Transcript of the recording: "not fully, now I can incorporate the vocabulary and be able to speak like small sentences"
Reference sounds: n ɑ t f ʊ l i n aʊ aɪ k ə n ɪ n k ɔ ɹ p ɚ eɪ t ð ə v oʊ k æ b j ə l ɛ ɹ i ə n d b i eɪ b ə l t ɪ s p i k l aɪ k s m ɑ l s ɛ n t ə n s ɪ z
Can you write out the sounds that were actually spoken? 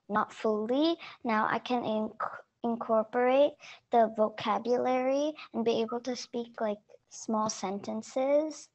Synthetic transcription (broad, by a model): n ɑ t f ʊ l i n aʊ aɪ k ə n ɪ n k ɔ ɹ p ɚ eɪ t ð ə v oʊ k æ b j ə l ɛ ɹ i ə n b i eɪ b ə l t ɪ s p i k l aɪ k s m ɑ l s ɛ n t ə n s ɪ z